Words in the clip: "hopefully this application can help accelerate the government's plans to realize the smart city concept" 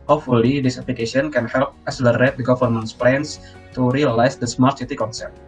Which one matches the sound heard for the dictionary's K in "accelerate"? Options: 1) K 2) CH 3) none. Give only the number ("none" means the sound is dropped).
3